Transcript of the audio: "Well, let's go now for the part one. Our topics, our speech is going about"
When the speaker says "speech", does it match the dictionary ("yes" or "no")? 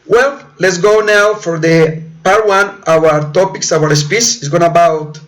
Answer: no